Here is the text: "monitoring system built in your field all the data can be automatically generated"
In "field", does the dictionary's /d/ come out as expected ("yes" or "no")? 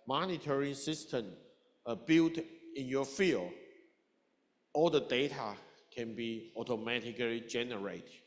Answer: no